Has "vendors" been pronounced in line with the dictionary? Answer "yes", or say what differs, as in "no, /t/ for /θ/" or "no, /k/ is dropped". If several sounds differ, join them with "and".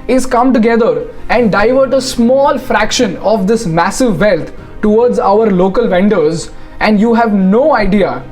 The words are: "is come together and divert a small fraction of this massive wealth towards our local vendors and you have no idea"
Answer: yes